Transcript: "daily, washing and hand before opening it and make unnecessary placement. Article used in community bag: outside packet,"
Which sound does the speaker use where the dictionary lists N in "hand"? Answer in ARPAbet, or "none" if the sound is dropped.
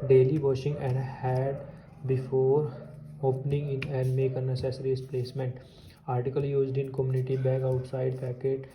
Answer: none